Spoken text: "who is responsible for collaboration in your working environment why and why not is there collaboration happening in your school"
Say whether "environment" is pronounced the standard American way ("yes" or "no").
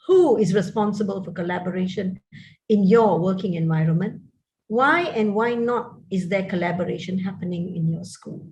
yes